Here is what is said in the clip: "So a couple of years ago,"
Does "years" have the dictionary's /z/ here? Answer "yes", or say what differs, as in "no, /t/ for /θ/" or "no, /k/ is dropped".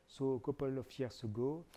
no, /s/ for /z/